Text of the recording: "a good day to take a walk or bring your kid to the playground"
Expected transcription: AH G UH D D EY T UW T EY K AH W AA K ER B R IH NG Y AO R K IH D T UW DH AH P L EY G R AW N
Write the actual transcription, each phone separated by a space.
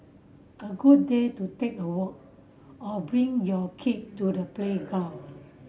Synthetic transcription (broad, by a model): AH G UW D D EY T UW T EY K AH W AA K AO B R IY NG Y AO K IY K T UW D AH P L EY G AW